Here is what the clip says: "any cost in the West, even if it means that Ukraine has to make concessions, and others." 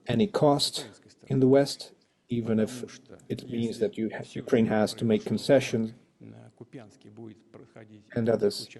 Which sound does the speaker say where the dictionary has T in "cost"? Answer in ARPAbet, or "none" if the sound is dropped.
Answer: T